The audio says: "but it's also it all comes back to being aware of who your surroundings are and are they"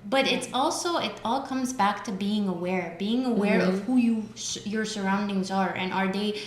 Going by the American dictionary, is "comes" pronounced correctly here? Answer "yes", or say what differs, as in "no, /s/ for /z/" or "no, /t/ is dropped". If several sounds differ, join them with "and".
yes